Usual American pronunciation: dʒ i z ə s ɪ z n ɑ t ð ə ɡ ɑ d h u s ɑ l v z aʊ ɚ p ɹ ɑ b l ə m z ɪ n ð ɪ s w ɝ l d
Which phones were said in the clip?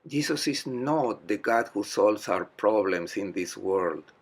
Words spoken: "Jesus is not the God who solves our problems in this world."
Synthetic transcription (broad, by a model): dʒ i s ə s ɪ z n ɑ t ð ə ɡ ɑ d h u s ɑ l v s aʊ ɚ p ɹ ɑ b l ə m s ɪ n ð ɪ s w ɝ l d